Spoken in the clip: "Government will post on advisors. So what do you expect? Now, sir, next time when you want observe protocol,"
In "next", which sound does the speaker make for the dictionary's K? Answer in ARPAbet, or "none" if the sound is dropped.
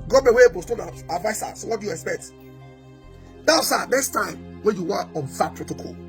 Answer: none